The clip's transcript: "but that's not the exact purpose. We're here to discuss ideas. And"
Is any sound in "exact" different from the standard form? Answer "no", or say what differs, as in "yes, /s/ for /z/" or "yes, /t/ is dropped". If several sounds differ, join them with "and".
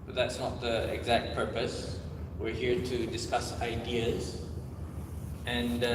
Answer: no